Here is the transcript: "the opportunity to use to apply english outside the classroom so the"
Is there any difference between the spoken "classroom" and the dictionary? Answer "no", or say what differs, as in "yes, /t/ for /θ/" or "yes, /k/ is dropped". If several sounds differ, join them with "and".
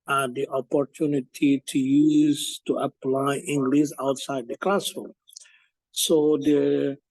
yes, /ɹ/ is dropped